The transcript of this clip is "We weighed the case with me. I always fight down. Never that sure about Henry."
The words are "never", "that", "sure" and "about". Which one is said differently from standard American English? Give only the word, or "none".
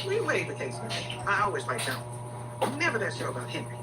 sure